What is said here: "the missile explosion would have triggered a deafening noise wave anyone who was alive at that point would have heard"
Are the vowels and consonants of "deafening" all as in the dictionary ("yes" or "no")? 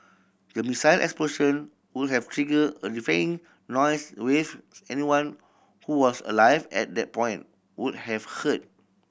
no